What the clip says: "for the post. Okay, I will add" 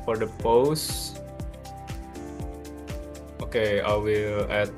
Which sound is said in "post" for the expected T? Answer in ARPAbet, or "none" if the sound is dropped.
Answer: T